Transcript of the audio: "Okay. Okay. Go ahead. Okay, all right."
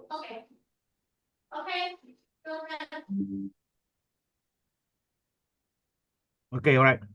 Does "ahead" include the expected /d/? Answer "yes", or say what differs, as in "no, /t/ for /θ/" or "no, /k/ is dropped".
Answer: no, /d/ is dropped